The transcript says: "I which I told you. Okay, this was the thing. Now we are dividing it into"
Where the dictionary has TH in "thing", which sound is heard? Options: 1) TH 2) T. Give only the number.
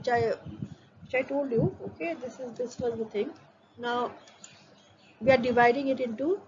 2